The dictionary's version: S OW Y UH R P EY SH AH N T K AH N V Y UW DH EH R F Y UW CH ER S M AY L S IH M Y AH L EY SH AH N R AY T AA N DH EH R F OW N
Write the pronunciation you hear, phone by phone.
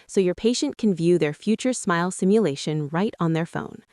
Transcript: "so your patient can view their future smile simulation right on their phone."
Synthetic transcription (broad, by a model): S OW Y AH R P EY SH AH N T K N V Y UW DH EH R F Y UW CH ER S M AY L S IH M Y AH L EY SH AH N R AY T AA N DH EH R F OW N